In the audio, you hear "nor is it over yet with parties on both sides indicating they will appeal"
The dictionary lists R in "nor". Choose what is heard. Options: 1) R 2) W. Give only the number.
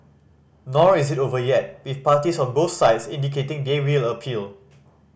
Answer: 1